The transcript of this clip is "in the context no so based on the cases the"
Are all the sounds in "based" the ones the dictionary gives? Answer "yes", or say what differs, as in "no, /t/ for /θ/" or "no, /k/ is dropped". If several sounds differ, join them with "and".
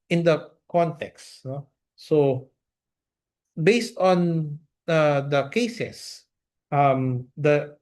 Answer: yes